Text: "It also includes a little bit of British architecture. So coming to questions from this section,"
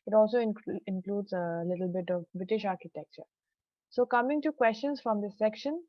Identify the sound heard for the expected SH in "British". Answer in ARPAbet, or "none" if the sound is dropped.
SH